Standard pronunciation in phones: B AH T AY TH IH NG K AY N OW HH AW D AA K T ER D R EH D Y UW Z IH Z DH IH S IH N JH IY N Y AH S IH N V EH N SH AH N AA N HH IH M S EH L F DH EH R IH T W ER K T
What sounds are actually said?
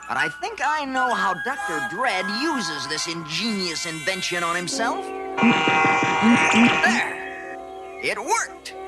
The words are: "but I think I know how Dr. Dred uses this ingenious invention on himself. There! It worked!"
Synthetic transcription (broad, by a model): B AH T AY TH IH NG K AY N OW HH AW D AA K T ER D R EH D Y UW Z IH Z DH IH S IH N JH IY N Y AH S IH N V EH N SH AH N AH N HH IH M S EH L F DH EH R IH T W ER K T